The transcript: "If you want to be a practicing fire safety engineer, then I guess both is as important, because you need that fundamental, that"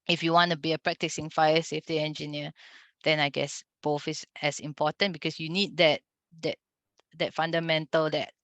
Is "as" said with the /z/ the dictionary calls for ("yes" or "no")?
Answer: no